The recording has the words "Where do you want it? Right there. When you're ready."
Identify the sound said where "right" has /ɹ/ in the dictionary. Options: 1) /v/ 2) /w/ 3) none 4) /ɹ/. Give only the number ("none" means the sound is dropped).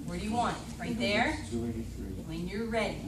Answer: 4